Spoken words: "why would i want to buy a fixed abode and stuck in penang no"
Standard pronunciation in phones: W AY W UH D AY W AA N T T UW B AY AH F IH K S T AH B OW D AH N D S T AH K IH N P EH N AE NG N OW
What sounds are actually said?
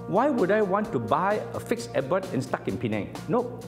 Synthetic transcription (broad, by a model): W AY W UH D AY W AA N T T UW B AY AH F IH K S AH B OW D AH N S T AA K IH N P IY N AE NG N OW